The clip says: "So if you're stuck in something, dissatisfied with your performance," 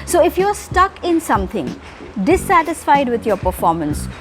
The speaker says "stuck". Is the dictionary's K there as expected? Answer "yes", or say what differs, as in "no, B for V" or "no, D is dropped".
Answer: yes